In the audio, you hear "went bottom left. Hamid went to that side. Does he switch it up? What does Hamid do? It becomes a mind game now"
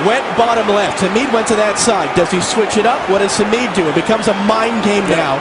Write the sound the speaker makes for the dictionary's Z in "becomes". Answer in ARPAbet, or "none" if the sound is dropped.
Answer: Z